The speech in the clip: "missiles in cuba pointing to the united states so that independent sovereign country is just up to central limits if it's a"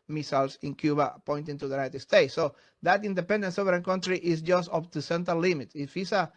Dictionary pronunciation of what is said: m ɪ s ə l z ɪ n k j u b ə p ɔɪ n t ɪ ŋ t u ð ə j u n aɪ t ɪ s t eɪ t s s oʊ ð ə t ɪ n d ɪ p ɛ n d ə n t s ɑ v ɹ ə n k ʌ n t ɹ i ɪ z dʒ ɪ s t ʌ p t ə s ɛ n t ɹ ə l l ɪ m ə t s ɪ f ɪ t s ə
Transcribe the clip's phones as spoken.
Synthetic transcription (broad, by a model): m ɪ s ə l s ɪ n k j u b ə p ɔɪ n t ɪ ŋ t u ð ə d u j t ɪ s t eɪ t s s oʊ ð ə t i n d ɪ p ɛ n d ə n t s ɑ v ɹ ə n k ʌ n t ɹ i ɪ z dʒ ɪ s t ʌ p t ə s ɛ n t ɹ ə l l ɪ m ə t ɪ f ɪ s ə